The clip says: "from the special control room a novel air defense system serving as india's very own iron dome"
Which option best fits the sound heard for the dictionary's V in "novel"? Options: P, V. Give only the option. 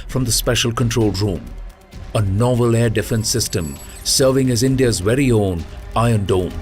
V